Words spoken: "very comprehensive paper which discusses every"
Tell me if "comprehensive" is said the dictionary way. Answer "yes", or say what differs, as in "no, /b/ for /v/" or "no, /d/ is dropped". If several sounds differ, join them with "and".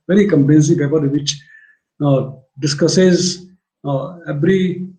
no, /l/ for /ɹ/